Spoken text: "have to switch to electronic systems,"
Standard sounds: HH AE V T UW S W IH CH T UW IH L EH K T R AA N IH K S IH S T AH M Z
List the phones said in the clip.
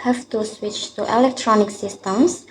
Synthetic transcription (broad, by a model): HH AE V T UW S W IH CH T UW IH L EH K T R AA N IH K S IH S T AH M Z